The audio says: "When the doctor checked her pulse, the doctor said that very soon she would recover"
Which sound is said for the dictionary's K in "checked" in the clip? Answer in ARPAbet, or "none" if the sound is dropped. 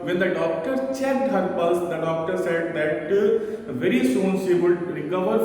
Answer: none